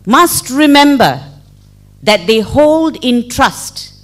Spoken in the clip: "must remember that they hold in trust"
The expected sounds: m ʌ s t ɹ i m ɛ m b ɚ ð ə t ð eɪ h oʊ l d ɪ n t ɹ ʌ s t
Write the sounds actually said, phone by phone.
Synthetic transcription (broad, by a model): m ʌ s t ɹ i m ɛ m b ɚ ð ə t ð eɪ h oʊ l d ɪ n t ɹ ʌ s t